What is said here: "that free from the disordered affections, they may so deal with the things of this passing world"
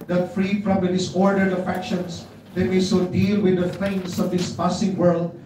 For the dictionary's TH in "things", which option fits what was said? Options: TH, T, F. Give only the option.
F